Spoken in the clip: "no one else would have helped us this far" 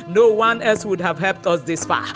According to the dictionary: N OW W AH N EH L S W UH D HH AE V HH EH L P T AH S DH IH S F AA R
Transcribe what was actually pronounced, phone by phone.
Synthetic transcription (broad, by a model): N OW W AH N EH L S W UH D HH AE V HH EH L P T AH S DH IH S F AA